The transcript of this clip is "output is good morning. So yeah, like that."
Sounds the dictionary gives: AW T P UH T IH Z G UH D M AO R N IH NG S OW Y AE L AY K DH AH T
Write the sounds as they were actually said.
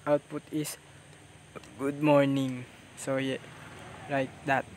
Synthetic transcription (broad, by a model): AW T P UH T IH S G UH D M AO R N IH NG S OW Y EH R AY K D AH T